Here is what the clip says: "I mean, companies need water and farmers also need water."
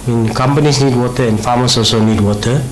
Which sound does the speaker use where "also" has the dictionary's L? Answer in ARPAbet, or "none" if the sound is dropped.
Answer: none